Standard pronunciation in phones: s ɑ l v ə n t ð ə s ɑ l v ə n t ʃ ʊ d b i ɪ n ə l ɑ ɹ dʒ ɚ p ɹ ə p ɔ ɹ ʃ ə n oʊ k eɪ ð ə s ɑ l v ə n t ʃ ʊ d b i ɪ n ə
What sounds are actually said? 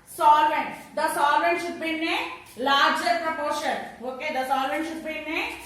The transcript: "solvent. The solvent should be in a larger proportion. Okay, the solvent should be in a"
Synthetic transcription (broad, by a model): s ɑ l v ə n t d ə s ɑ l v ə n t ʃ ʊ d b i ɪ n ə l ɑ ɹ dʒ ɚ p ɹ ə p ɔ ɹ ʃ ə n oʊ k eɪ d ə s ɑ l v ə n t ʃ ʊ d b i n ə